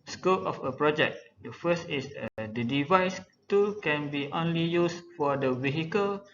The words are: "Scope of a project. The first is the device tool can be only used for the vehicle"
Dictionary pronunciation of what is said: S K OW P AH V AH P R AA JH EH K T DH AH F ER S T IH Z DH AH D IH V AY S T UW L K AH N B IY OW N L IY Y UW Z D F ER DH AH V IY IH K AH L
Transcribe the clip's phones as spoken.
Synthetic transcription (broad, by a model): S K OW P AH F AH P R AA JH EH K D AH F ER S T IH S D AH D IH V AY S T UW K AH N B IY OW N L IY Y UW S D F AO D AH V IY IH K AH L